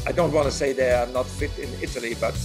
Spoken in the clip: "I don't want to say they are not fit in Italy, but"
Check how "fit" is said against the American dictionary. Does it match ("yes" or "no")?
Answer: yes